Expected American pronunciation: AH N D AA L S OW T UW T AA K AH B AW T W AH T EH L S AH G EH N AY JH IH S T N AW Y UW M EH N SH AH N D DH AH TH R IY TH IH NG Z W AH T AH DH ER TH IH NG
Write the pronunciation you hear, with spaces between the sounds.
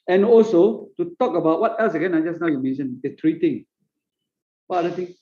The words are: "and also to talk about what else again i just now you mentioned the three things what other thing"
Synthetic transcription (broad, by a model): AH N AA L S OW T UW T AA K AH B AW T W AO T EH L S AH G EH N AY JH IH S N AW Y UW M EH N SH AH N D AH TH R IY T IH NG W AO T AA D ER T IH NG